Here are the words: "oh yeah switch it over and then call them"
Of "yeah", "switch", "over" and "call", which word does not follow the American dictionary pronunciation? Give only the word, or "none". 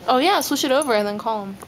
switch